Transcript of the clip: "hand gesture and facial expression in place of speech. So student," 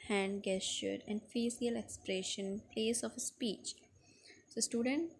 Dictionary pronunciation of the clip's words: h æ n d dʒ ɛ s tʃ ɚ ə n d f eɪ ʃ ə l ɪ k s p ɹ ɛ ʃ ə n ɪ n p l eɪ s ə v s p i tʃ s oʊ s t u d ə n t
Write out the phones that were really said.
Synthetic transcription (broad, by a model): h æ n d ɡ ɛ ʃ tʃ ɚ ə n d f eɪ s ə l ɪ k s p ɹ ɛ ʃ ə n n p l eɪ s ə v s p i tʃ s oʊ s t u d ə n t